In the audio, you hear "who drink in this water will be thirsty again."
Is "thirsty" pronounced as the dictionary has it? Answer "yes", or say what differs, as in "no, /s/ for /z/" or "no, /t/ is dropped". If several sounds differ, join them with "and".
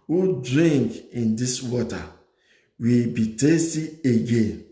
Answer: no, /t/ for /θ/